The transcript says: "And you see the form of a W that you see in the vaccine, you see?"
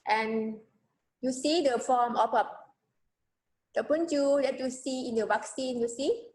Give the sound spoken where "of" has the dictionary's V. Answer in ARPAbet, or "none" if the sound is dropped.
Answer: P